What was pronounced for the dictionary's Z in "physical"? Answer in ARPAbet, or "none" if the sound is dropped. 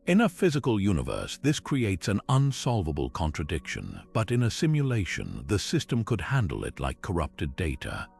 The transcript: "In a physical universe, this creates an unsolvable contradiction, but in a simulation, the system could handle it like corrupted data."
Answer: Z